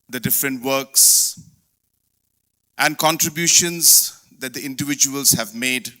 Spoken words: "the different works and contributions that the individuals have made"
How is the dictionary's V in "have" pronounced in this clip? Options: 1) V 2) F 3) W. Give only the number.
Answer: 1